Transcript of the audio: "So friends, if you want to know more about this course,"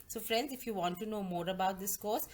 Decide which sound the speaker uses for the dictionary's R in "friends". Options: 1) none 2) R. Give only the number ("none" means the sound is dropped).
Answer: 2